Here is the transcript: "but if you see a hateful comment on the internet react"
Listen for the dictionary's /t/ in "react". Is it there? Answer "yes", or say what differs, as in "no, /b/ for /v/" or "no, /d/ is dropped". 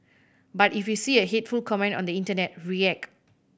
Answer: no, /t/ is dropped